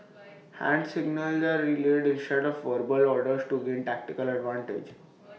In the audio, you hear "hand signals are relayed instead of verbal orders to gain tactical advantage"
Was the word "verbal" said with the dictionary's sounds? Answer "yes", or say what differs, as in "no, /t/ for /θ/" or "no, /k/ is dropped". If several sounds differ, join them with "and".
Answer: yes